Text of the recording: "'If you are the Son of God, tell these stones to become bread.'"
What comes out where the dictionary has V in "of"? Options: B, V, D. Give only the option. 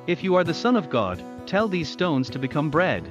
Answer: V